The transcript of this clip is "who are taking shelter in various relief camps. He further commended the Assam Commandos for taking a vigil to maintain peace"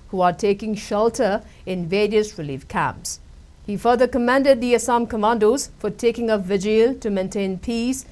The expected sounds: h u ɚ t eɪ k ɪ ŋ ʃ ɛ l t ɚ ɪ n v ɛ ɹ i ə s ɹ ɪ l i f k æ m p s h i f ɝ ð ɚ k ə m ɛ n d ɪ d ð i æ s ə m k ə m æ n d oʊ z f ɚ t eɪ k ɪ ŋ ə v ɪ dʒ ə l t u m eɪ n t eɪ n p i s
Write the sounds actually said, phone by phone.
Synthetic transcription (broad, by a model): h u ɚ t eɪ k ɪ ŋ ʃ ɛ l t ɚ ɪ n v ɛ ɹ i ə s ɹ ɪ l i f k æ m p s h i f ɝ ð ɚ k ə m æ n d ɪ d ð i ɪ s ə m k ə m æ n d oʊ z f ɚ t eɪ k ɪ ŋ ə v ɪ dʒ ə l t u m eɪ n t eɪ n p i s